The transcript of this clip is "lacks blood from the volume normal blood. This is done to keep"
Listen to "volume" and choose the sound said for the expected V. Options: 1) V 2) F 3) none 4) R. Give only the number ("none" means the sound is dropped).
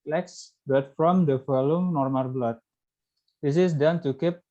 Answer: 2